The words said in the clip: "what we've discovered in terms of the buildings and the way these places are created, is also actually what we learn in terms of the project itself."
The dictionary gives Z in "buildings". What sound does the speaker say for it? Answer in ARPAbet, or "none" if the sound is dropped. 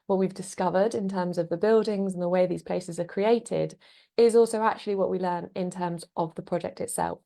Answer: Z